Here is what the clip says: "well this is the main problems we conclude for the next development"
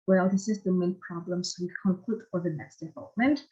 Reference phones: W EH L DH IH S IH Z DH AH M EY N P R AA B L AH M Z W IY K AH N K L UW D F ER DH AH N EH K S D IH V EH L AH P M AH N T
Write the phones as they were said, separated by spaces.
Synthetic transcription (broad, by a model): W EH L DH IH S IH Z DH AH M EY N P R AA B L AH M S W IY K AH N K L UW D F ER DH AH N EH K S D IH V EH L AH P M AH N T